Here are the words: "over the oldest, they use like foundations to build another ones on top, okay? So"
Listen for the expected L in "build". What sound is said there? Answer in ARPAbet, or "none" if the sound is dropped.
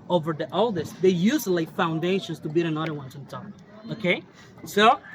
none